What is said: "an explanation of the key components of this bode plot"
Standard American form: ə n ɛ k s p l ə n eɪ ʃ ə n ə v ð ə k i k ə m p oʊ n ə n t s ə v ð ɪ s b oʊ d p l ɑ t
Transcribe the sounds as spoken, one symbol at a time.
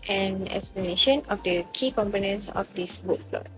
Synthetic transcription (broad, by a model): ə n ɛ k s p l ə n eɪ ʃ ə n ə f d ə k i k ə m p oʊ n ə n t s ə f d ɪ s b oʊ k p l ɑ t